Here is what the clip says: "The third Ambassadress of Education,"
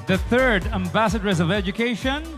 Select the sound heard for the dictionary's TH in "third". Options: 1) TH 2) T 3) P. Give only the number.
1